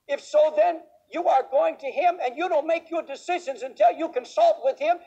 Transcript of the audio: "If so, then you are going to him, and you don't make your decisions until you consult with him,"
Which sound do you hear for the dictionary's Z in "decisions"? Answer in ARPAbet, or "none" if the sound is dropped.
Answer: Z